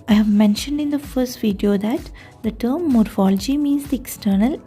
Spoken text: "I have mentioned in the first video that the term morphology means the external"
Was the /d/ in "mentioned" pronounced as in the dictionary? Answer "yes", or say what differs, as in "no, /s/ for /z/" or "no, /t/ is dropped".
yes